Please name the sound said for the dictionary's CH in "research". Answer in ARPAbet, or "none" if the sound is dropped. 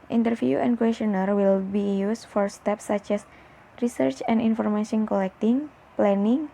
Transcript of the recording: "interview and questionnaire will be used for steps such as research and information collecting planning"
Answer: CH